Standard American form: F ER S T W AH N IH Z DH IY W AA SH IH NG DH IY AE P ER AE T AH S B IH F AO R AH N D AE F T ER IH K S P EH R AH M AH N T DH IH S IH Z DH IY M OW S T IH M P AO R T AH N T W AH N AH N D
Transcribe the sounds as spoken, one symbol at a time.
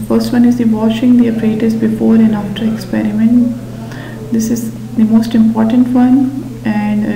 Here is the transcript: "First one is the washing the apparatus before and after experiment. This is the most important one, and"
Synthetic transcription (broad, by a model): F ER S T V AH N IH Z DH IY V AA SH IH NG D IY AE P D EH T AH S B IH F AO R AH N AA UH T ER IH K S P EH R AH M AH N T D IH S IH Z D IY M OW S T IH M P AO R T AH N T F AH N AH N D